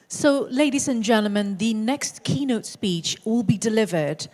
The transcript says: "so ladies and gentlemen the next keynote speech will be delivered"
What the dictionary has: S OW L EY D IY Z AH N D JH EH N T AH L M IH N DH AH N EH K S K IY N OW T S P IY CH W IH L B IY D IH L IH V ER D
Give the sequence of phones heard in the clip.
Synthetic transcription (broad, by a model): S OW L EY D IY Z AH N JH EH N T L M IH N DH AH N EH K S K IY N OW T S P IY CH W IH L B IY D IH L IH V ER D